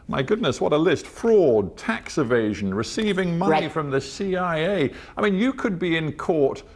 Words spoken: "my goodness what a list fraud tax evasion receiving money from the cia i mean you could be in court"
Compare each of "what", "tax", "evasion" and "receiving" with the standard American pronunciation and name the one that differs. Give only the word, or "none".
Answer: none